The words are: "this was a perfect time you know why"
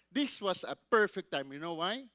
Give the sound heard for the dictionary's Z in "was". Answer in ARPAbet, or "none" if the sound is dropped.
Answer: S